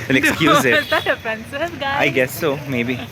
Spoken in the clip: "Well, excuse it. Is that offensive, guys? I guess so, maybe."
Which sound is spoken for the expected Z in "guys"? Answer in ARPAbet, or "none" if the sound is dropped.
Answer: none